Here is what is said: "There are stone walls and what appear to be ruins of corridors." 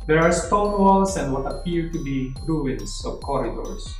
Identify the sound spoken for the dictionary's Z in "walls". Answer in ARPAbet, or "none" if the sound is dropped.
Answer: S